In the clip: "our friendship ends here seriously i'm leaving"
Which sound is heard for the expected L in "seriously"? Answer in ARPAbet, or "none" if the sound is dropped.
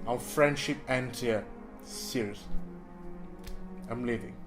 none